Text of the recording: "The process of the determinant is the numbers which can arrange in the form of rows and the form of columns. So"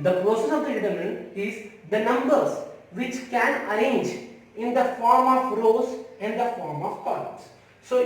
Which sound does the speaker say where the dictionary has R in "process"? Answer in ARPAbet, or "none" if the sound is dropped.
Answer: none